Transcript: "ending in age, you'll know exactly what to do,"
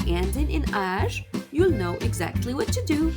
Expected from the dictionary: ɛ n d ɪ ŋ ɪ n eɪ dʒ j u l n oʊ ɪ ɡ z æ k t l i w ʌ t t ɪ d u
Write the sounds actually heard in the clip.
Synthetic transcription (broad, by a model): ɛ n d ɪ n ɪ n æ ʒ j u l n oʊ ɪ ɡ z æ k t l i w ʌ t t ɪ d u